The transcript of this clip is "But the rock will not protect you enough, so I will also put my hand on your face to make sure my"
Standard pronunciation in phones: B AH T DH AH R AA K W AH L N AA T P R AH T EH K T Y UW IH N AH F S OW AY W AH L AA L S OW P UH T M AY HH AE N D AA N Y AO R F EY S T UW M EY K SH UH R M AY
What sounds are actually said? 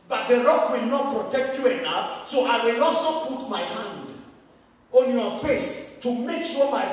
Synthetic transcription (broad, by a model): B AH T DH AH R AA K W AH L N AA T P R AH T EH K T Y UW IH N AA P S OW AY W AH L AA S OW P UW T M AY HH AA N D AA N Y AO F EY S T UW M EY K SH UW M AY